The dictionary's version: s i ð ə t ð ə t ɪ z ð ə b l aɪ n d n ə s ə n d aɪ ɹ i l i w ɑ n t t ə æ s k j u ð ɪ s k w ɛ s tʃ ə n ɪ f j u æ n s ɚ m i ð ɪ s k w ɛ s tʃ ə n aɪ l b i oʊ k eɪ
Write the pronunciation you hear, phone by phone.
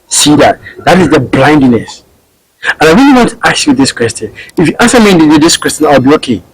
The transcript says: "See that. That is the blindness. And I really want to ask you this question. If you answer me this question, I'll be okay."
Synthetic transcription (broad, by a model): s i ð ə t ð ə t ɪ z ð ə b l aɪ n d n ə s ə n aɪ ɹ i l i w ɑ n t t ə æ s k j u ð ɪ s k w ɛ s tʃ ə n ɪ f j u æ n s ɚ m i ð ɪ s k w ɛ s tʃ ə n aɪ l b i oʊ k eɪ